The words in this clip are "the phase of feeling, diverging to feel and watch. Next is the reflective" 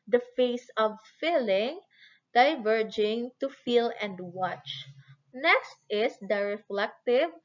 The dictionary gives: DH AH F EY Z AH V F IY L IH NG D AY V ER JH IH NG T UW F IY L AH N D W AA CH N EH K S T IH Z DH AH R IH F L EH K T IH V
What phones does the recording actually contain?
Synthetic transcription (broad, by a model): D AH F EY S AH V F IY L IH NG D AY V ER JH IH NG T UW F IY L AH N D W AA CH N EH K S T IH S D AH R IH F L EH K T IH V